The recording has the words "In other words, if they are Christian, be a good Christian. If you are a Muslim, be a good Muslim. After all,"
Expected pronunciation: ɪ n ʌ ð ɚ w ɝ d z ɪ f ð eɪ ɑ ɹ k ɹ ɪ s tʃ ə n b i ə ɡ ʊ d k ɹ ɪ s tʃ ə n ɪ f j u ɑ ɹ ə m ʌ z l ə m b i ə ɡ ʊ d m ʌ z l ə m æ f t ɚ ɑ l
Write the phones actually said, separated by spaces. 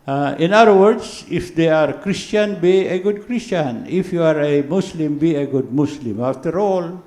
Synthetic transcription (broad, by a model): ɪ n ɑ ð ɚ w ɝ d s ɪ f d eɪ ɑ ɹ k ɹ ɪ s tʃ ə n b i ə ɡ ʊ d k ɹ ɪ s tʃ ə n ɪ f j u ɑ ɹ ə m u s l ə m b i ə ɡ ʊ d m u s l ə m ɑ f t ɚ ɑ l